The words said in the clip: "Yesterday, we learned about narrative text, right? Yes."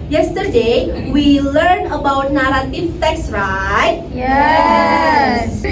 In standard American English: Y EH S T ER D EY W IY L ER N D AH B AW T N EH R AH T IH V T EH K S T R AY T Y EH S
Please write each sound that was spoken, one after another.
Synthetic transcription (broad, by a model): Y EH S T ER D EY W IY L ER N AH B AW T N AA R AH T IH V T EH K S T R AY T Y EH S